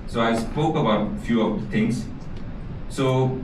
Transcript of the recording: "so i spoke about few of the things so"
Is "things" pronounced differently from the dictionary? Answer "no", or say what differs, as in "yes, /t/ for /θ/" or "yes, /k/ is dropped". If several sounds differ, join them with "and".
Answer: yes, /t/ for /θ/